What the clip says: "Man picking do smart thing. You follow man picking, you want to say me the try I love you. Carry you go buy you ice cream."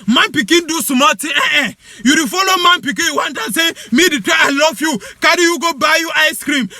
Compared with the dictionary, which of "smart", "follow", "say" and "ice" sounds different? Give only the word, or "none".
smart